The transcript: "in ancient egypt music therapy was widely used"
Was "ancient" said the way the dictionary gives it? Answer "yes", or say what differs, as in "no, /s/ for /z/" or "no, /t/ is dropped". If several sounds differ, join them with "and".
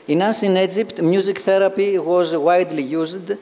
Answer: no, /s/ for /ʃ/ and /t/ is dropped